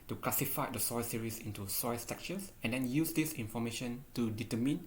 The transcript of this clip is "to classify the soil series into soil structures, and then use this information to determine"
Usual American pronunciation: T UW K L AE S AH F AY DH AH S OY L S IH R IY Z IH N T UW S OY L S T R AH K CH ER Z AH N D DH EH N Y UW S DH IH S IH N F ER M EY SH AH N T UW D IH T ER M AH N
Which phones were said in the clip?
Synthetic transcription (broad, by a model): T UW K L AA S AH F AY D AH S OY S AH R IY S IH N T UW S OY S T EH K CH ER S AH N D EH N Y UW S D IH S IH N F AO M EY SH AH N T UW D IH T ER M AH N